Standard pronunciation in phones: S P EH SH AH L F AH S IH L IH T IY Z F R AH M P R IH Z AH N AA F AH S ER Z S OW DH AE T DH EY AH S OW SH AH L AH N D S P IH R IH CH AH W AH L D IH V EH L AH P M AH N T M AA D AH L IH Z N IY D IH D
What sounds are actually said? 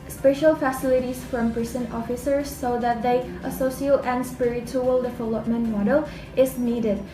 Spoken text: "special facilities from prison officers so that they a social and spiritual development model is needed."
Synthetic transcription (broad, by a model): S P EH SH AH L F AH S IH L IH T IY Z F R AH M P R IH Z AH N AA F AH S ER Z S OW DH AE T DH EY AH S OW S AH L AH N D S P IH R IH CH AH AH L D IH V EH L AH P M AH N T M AA D AH L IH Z N IY D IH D